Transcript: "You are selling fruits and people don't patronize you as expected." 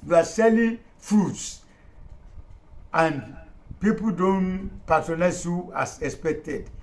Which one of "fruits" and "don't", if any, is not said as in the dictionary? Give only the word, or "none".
fruits